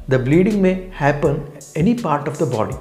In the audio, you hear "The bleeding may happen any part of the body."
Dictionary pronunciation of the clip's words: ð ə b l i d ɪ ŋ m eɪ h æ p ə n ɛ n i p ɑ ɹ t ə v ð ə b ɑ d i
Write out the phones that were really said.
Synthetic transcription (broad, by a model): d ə b l i d ɪ ŋ m eɪ h æ p ə n ɛ n i p ɑ ɹ t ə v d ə b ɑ d i